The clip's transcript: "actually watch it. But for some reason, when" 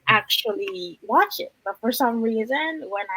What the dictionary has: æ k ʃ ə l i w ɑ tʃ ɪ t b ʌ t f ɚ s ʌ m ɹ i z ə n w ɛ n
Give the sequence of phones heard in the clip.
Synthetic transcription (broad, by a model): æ k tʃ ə l i w ɑ tʃ ɪ t b ʌ t f ɚ s ʌ m ɹ i z ə n w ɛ n